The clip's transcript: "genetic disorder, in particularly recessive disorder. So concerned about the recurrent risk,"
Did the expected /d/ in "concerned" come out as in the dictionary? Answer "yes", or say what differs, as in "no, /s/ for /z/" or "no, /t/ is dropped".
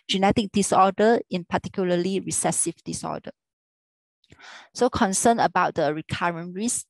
no, /d/ is dropped